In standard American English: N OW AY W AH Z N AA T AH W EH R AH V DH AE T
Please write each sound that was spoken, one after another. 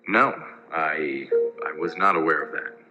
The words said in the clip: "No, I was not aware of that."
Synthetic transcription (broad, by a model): N OW AY W AH Z N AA T AH W EH R AH V DH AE T